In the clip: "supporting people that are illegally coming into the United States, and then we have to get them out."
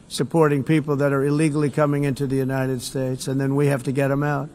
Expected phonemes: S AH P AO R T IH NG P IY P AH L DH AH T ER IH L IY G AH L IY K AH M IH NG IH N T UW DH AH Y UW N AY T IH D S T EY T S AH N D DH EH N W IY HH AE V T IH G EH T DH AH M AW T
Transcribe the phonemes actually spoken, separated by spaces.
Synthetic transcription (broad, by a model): S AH P AO R T IH NG P IY P L DH AH T ER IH L IY G L IY K AH M IH NG IH N T UW DH AH Y UW N AY T IH D S T EY T S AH N DH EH N W IY HH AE F T IH G EH T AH M AW T